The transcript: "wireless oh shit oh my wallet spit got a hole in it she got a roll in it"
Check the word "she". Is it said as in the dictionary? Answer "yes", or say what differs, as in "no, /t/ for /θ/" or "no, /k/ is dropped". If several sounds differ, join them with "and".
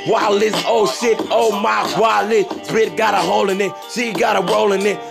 no, /s/ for /ʃ/